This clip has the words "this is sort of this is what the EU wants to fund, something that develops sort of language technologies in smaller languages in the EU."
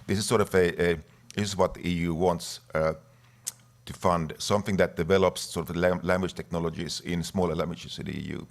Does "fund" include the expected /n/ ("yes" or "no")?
yes